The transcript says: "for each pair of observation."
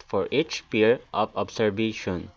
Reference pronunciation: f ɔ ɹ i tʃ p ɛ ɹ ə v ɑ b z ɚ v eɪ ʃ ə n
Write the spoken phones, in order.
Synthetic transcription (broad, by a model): f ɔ ɹ i tʃ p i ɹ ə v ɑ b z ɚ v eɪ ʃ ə n